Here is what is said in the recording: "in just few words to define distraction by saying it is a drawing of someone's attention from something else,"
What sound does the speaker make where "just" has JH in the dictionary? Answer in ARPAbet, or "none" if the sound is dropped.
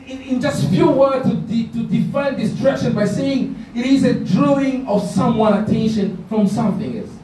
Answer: JH